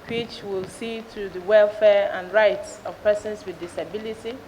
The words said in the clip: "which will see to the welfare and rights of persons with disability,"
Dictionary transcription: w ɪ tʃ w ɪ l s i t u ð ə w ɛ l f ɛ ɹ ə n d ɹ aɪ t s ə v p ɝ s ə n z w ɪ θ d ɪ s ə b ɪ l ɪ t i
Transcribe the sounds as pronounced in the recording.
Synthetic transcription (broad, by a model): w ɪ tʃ w ɪ l s i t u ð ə w ɛ l f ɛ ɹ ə n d ɹ aɪ t s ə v p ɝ s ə n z w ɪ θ d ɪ s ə b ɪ l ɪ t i